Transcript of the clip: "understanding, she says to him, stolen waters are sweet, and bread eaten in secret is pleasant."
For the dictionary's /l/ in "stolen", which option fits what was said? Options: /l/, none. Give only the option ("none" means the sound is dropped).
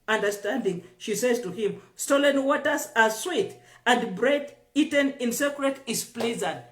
/l/